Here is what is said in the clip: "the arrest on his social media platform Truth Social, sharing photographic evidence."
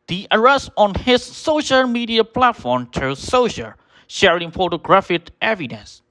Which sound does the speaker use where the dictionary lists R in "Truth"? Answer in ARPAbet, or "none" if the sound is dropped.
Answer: none